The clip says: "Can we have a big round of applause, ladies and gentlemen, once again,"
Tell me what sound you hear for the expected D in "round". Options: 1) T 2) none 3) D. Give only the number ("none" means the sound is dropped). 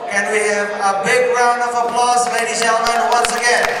3